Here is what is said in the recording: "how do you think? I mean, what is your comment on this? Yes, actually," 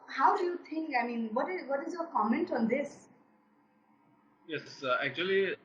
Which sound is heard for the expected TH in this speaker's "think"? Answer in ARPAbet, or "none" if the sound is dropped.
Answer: T